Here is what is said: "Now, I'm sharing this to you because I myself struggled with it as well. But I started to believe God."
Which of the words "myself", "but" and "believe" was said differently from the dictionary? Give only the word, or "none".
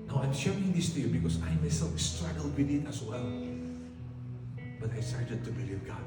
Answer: none